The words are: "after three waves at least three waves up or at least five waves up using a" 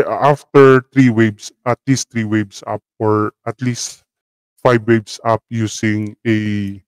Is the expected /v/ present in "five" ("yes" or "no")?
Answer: no